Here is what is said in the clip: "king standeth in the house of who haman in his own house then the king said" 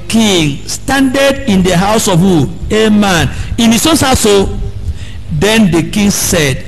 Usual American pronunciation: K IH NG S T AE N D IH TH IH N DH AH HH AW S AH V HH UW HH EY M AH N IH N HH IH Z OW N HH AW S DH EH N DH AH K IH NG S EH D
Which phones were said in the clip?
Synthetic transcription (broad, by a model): K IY NG S T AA N D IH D IH N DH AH HH AW S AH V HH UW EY M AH N IH N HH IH S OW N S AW S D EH N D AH K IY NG S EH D